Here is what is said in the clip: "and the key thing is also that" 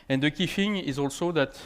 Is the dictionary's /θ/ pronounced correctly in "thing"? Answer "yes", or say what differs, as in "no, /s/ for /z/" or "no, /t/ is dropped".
no, /f/ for /θ/